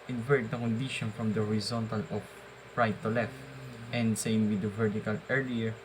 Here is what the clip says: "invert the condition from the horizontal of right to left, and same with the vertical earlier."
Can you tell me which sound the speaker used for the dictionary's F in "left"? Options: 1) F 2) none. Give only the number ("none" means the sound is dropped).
1